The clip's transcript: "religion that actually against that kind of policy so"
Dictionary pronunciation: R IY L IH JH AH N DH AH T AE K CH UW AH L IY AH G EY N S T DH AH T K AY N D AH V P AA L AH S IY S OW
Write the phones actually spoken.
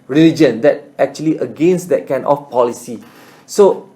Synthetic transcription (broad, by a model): R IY L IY JH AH N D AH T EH K CH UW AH L IY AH G EY N S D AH T K AY N AH F P AA L AH S IY S OW